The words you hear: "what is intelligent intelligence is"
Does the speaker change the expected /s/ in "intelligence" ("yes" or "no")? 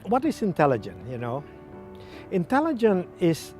yes